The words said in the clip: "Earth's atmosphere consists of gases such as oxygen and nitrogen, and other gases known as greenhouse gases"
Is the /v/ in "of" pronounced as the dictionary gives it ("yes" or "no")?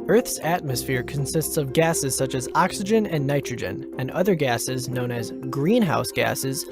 yes